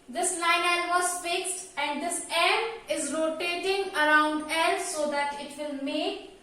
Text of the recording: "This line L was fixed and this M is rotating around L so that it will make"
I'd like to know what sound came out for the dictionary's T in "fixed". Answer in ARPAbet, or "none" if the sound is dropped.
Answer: T